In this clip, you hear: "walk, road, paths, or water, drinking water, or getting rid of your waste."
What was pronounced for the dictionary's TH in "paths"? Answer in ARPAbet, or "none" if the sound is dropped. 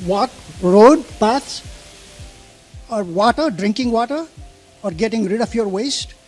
T